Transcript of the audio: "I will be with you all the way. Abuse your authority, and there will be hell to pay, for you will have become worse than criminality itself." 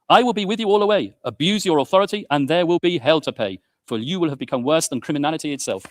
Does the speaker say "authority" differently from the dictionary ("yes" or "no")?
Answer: no